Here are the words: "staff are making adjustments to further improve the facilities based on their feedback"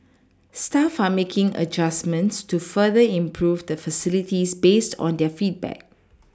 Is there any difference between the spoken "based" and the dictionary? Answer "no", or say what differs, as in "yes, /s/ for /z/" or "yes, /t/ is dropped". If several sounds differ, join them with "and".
no